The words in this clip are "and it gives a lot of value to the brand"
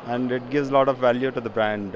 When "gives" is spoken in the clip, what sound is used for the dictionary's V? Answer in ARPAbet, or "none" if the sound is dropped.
V